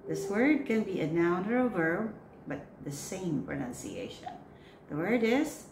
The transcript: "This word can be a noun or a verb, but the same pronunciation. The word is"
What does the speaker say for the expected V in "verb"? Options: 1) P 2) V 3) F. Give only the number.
2